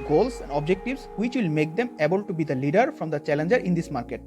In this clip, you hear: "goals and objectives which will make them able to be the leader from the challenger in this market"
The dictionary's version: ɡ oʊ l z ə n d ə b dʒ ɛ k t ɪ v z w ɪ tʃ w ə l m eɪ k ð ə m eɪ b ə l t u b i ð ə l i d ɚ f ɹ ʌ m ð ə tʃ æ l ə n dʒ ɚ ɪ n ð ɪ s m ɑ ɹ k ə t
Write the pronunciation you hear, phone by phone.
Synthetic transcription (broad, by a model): ɡ oʊ l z ə n d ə b dʒ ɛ k t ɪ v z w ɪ tʃ w ə l m eɪ k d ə m eɪ b ə l t u b i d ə l i d ɚ f ɹ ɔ m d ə tʃ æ l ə n dʒ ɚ ɪ n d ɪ s m ɑ ɹ k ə t